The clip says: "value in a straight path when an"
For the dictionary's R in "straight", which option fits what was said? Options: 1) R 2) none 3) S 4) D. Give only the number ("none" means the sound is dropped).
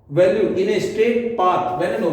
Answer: 2